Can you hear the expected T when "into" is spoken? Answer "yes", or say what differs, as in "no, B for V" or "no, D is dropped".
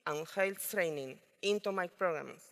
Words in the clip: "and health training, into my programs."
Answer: yes